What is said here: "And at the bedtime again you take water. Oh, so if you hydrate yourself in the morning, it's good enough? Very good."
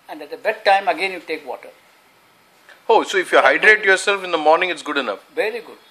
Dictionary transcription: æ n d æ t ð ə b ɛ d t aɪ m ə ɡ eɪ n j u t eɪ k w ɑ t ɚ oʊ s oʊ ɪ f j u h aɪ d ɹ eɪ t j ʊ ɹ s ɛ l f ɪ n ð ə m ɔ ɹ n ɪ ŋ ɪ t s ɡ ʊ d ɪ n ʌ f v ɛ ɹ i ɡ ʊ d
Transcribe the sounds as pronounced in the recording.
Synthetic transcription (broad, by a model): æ n d æ t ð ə b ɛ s t aɪ m ə ɡ eɪ n j u t eɪ k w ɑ t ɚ oʊ s oʊ ɪ f j u h aɪ d ɹ eɪ t j ʊ ɹ s ɛ l f ɪ n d ə m ɔ ɹ n ɪ ŋ ɪ t s ɡ ʊ d ɪ n ʌ f v ɛ ɹ i ɡ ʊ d